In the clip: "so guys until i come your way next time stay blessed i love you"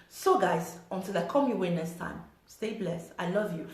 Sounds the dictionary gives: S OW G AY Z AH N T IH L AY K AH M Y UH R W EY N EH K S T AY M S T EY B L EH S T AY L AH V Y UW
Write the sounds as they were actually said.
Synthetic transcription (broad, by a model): S OW G AY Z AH N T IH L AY K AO M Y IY W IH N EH S T AY M S T EY B L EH S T AY L AH V Y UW